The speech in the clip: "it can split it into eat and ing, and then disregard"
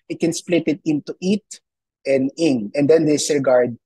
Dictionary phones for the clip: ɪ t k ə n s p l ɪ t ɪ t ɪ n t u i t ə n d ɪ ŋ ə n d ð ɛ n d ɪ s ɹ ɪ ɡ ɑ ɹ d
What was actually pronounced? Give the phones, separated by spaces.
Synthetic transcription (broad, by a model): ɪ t k ə n s p l ɪ t ɪ t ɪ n t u i t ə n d ɪ ŋ ə n d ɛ n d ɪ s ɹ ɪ ɡ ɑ ɹ d